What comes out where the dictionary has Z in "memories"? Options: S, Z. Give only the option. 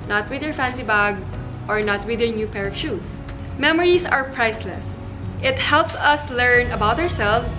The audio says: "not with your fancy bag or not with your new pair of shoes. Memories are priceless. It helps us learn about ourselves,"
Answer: S